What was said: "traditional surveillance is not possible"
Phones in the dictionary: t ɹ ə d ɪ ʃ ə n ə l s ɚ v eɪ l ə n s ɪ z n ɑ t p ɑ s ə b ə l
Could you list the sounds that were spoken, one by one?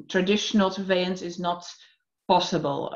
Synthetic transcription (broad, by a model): t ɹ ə d ɪ ʃ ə n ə l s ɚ v eɪ ə n s ɪ z n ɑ t p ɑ s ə b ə l